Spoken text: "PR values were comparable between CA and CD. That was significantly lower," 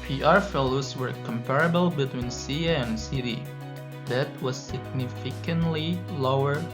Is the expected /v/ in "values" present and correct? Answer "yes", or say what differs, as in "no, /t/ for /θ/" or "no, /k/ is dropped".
no, /f/ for /v/